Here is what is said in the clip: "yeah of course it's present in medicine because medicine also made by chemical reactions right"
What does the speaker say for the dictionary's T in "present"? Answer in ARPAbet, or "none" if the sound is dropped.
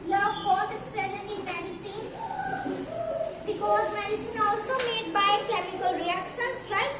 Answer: none